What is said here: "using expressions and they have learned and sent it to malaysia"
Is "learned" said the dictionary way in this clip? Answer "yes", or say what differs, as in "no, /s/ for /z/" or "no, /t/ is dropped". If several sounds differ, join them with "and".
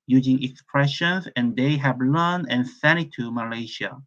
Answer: no, /d/ is dropped